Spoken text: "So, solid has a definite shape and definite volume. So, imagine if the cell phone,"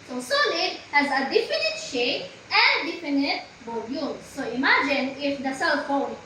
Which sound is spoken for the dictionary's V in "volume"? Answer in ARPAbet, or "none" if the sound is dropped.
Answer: B